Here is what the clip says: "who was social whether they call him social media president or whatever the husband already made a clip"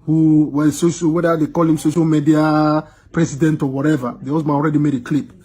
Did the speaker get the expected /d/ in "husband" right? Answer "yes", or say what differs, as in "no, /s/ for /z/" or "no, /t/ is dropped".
no, /d/ is dropped